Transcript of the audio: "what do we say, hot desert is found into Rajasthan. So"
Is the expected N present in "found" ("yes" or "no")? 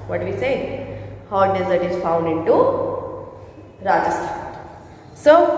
yes